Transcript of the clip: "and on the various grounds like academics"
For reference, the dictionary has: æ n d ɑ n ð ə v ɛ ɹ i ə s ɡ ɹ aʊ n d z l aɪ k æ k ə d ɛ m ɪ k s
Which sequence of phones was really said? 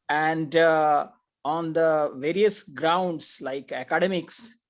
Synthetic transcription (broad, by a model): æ n d ɑ n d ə v ɛ ɹ i ə s ɡ ɹ aʊ n d s l aɪ k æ k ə d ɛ m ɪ k s